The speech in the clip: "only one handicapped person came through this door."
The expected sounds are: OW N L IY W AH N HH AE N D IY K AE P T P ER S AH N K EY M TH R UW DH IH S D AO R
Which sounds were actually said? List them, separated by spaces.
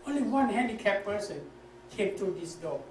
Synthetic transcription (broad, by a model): OW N L IY W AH N HH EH N D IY K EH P P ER S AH N K EY M T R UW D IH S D AO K